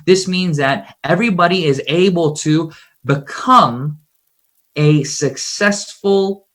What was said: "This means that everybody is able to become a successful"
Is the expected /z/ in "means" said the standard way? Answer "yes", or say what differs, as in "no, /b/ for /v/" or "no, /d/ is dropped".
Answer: yes